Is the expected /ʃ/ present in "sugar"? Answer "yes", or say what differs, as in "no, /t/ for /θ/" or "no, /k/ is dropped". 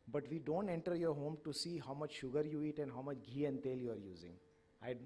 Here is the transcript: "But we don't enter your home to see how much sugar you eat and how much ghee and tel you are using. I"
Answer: yes